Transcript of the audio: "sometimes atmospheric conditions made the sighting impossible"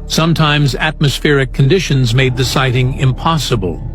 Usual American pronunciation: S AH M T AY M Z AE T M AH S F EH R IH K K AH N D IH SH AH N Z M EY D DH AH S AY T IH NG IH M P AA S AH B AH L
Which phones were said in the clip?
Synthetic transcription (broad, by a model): S AH M T AY M Z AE T M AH S F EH R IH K K AH N D IH SH AH N Z M EY D DH AH S AY T IH NG IH M P AA S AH B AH L